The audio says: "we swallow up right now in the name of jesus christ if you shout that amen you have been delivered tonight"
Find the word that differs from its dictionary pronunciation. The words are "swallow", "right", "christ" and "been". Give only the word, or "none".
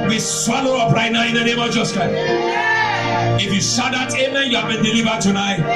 christ